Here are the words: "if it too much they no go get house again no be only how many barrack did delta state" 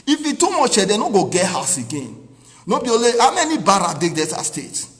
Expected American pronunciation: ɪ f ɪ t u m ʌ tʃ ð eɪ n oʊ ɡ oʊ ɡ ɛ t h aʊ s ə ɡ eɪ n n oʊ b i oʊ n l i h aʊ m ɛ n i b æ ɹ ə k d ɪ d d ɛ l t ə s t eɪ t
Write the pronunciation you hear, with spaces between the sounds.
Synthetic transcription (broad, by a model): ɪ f ɪ t u m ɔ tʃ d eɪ n oʊ ɡ oʊ ɡ ɛ t h aʊ s ə ɡ eɪ n n oʊ b i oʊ l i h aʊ m ɛ n i b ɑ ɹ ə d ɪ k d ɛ t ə s t eɪ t